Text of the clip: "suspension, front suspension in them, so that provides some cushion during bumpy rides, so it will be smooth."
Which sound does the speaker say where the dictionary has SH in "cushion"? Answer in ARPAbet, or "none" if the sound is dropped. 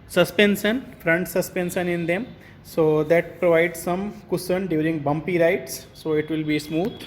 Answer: S